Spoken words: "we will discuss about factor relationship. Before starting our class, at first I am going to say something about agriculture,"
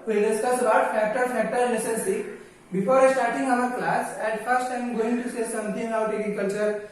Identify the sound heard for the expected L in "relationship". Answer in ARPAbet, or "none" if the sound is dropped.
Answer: N